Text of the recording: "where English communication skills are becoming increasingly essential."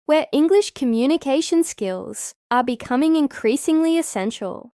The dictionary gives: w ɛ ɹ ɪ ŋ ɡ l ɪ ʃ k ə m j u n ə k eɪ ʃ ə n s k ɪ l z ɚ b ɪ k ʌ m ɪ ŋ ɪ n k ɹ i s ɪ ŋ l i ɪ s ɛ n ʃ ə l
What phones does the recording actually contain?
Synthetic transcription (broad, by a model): w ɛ ɹ ɪ ŋ ɡ l ɪ ʃ k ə m j u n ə k eɪ ʃ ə n s k ɪ l z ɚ b ɪ k ʌ m ɪ ŋ ɪ n k ɹ i s ɪ ŋ l i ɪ s ɛ n ʃ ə l